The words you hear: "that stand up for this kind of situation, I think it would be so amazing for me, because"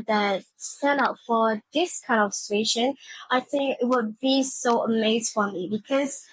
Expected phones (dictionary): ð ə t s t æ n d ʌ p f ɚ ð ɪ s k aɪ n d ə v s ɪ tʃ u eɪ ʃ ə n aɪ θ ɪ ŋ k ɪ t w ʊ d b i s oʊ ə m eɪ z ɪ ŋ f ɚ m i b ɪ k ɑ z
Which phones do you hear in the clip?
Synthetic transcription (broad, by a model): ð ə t s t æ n ɑ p f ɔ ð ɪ s k aɪ n d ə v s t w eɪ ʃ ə n aɪ θ ɪ ŋ k ɪ t w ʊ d b i s oʊ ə m eɪ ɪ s f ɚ m i b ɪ k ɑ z